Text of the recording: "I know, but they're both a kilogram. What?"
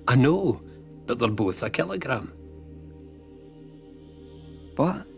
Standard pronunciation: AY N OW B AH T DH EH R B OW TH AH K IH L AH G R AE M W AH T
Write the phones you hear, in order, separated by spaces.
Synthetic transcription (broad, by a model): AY N OW B AH T DH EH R B OW TH AH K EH L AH G R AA M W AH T